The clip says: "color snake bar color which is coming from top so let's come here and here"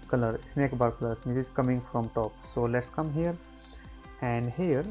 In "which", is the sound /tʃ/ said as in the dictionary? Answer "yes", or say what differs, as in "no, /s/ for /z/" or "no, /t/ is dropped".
no, /s/ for /tʃ/